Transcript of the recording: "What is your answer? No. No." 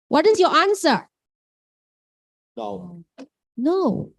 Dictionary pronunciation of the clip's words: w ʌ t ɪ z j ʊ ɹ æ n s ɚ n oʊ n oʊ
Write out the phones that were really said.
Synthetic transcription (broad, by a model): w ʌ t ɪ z j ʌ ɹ æ n s ɚ n oʊ n oʊ